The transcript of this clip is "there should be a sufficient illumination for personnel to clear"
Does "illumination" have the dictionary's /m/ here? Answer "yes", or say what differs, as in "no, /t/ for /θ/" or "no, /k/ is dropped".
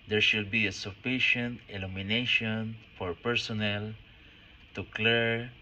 yes